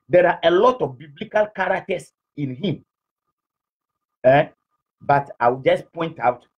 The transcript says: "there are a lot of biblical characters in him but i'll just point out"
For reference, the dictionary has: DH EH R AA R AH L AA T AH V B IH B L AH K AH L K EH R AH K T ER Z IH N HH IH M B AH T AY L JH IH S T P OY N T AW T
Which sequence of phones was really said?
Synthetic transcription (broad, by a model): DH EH R AA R AH L AA T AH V B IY B L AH K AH L K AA R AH K T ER S IH N HH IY M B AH T AY W JH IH S P OY N T AW T